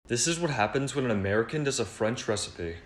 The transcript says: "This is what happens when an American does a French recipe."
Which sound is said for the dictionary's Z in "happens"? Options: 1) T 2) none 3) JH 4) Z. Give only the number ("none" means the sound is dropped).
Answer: 4